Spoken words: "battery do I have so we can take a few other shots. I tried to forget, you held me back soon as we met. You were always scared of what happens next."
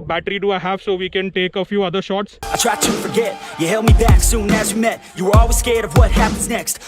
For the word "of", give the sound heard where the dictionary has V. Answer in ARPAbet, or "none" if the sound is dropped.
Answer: V